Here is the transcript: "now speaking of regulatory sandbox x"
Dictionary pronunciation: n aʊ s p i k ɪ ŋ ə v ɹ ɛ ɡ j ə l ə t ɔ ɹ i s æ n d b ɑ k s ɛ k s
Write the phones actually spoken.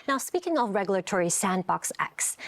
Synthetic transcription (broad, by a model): n aʊ s p i k ɪ ŋ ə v ɹ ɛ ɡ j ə l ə t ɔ ɹ i s æ n d b ɑ k s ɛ k s